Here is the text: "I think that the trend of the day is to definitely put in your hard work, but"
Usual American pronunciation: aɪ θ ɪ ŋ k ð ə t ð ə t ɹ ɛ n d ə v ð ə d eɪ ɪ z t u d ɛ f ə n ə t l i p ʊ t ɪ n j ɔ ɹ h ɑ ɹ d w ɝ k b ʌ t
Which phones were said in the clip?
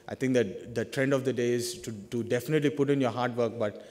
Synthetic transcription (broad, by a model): aɪ t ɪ ŋ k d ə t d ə t ɹ ɛ n d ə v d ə d eɪ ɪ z t u d ɛ f ə n ə t l i p ʊ t ɪ n j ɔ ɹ h ɑ ɹ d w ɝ k b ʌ t